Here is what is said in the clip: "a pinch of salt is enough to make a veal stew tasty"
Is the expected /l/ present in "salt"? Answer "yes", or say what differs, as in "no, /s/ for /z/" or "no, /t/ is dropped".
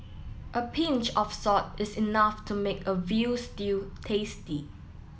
no, /l/ is dropped